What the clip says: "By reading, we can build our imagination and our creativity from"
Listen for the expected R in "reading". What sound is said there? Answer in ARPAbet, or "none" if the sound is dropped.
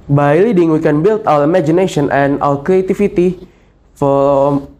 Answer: L